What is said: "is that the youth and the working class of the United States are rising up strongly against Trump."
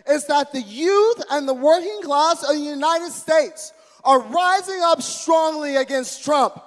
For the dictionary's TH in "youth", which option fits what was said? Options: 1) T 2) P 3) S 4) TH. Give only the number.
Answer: 4